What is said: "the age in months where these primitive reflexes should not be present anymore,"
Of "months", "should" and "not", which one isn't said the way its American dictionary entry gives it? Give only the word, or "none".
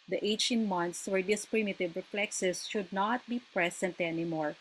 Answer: months